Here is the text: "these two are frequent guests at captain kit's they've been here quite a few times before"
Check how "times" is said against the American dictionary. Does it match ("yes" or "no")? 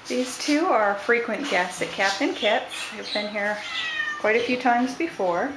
yes